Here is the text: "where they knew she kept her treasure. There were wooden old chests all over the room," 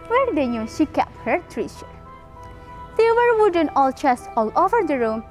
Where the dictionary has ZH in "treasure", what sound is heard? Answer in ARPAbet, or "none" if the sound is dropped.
SH